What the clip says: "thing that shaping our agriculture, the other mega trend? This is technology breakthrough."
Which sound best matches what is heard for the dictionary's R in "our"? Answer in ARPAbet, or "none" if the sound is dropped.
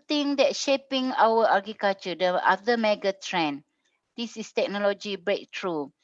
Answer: W